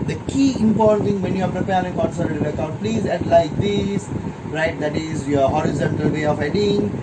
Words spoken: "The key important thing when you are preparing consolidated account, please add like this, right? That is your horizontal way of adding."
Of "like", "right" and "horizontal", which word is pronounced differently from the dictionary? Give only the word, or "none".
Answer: none